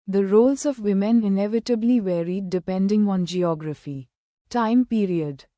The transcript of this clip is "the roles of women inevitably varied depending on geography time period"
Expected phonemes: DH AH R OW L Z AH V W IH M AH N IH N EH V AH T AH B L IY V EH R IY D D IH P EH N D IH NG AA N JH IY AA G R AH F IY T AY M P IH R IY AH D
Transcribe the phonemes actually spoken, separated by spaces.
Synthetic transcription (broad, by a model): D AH R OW L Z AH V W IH M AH N IH N EH V AH T AH B L IY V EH R IY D D IH P EH N D IH NG AA N JH IY AA G R AH F IY T AY M P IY R IY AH D